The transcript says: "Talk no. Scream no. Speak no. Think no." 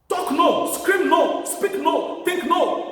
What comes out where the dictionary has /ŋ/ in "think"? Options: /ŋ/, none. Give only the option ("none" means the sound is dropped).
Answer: none